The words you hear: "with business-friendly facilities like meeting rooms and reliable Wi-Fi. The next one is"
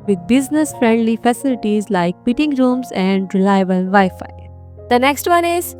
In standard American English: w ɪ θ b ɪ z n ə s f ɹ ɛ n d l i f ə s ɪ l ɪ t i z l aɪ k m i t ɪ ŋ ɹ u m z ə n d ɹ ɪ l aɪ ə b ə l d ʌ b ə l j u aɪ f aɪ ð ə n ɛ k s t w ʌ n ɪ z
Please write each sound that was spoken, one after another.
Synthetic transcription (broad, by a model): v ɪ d b ɪ z n ə s f ɹ ɛ n d l i f ə s ɪ l ɪ t i z l aɪ k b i t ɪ ŋ ɹ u m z ə n d ɹ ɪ l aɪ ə ə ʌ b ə l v aɪ f aɪ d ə n ɛ k s t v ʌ n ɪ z